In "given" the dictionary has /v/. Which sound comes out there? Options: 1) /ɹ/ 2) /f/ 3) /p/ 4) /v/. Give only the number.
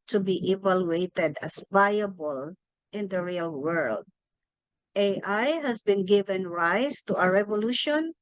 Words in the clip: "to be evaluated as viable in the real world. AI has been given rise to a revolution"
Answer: 4